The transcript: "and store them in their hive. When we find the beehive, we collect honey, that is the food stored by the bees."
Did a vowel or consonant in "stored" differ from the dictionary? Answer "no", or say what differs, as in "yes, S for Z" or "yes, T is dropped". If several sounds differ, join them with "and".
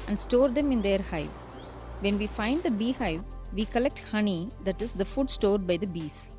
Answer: no